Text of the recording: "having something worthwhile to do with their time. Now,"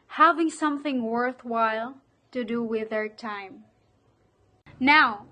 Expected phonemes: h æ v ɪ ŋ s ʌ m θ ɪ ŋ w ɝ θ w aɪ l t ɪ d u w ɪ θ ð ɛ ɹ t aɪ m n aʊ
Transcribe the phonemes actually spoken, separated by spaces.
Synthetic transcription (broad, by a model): h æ v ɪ ŋ s ʌ m θ ɪ ŋ w ɝ θ w aɪ l t ɪ d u w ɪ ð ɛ ɹ t aɪ m n aʊ